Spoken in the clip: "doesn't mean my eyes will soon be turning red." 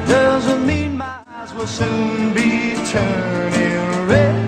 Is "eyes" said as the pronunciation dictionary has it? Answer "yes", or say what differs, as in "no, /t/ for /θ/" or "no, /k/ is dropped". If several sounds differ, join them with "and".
yes